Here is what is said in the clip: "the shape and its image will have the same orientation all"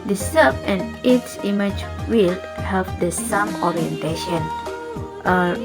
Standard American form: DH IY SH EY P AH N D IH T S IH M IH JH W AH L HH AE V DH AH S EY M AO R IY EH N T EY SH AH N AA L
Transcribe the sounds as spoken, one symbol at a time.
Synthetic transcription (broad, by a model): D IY S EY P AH N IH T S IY M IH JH W AH L HH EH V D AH S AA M AO R IY EH N T EY SH AH N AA